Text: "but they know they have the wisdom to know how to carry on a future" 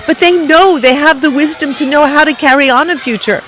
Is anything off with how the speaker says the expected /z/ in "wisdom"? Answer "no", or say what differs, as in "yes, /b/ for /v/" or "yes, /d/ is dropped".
no